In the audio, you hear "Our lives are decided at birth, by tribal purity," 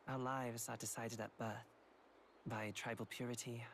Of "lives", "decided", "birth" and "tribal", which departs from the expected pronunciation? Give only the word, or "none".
none